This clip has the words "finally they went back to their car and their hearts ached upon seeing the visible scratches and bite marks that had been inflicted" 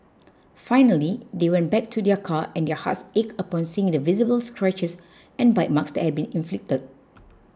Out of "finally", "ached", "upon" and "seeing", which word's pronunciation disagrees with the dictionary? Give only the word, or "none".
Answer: ached